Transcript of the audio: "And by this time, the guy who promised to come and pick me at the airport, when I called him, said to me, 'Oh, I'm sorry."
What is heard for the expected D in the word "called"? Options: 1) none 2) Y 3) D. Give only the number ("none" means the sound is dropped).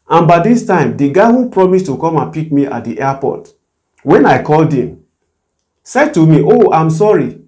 3